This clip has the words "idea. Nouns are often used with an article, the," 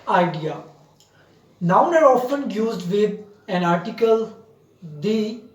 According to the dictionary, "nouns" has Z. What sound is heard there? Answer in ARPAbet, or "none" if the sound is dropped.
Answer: none